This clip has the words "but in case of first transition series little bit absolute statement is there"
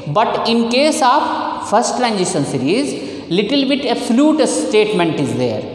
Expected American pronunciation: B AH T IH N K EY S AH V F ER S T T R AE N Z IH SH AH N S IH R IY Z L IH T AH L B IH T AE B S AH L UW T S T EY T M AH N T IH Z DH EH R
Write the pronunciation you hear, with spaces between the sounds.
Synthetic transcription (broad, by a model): B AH T IH N K EY S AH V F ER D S T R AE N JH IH S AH N S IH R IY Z L IH T AH L B IH T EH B S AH L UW T S T EY T M AH N T IH Z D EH R